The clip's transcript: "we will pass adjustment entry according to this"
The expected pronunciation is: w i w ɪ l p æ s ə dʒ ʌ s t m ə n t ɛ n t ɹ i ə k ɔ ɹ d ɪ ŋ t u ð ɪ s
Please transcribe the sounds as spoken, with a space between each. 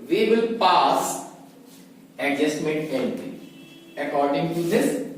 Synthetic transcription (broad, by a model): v i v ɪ l p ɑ s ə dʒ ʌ s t m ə n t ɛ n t i ə k ɔ ɹ d ɪ ŋ t u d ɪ s